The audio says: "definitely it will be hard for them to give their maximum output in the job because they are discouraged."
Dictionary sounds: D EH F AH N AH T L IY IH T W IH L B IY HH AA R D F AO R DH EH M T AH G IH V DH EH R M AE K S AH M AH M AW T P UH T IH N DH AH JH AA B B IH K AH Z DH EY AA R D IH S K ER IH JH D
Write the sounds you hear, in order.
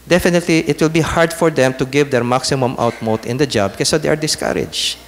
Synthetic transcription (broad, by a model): D EH F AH N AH T L IY IH T W IH L B IY HH AA R D F AO R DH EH M T AH G IH V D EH R M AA K S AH M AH M AW T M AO T IH N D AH JH AA B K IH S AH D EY AA R D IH S K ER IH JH